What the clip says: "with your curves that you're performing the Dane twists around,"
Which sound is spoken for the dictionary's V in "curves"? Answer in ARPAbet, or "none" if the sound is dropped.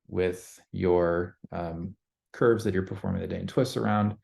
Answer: V